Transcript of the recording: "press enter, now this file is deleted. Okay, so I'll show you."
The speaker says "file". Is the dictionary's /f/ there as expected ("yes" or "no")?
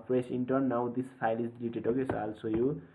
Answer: no